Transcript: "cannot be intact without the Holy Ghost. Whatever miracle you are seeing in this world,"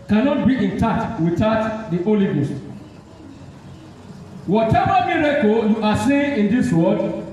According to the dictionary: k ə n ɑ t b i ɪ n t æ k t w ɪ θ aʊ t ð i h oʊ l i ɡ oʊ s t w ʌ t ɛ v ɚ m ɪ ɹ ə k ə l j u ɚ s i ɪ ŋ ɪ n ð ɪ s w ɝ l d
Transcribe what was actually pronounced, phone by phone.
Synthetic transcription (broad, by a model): k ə n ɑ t b i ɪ n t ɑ t w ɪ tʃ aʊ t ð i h oʊ l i ɡ oʊ s t w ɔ t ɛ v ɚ m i ɹ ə k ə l j u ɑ s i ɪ ɪ n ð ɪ s w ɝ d